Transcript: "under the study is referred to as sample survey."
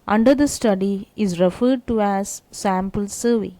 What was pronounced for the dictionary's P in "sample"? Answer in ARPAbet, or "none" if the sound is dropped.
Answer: P